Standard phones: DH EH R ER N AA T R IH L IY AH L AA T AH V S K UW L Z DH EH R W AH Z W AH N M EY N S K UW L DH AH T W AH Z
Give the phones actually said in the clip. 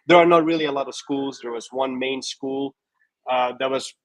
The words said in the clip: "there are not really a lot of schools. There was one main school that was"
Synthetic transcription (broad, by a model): DH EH R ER N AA T R IH L IY AH L AA T AH V S K UW L Z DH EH R W AH Z W AH N M EY N S K UW L DH AH T W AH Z